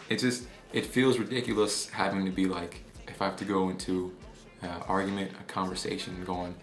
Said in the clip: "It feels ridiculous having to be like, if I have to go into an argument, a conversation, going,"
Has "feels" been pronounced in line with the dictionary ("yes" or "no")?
yes